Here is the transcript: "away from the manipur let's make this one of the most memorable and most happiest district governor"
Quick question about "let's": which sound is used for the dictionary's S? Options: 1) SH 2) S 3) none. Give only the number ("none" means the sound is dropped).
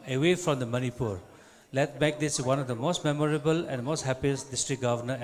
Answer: 3